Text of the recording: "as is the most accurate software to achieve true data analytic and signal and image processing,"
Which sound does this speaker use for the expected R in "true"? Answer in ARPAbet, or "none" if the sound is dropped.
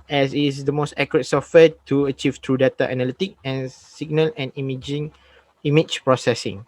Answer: R